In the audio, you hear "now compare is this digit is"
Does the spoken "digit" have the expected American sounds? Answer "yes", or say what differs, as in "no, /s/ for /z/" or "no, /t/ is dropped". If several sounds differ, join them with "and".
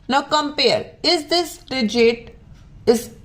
yes